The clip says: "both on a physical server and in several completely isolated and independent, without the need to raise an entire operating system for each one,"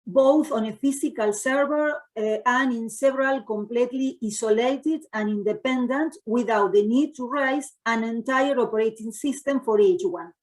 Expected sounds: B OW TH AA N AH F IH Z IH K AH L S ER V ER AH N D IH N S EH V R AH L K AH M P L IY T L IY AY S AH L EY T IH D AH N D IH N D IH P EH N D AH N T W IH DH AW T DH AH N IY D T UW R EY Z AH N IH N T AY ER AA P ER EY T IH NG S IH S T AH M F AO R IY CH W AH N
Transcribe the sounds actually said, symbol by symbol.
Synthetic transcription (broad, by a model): B OW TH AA N AH F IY S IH K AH L S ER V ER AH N IH N S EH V R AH L K AH M P L IY T L IY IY S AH L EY T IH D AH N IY N D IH P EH N D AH N T W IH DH AW T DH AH N IY D T UW R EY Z AH N IH N T AY ER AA P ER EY T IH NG S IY S T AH M F AO R IY CH W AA N